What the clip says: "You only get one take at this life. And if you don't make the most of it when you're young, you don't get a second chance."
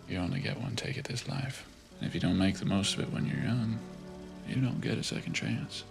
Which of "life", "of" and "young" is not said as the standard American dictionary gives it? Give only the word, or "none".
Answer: none